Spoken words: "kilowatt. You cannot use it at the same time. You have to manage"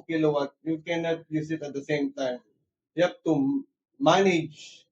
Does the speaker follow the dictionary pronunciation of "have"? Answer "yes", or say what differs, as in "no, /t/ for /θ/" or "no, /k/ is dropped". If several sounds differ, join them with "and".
no, /p/ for /v/